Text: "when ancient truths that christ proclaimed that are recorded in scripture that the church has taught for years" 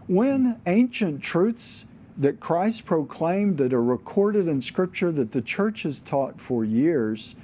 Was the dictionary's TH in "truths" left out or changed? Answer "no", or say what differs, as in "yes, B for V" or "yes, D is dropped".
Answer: no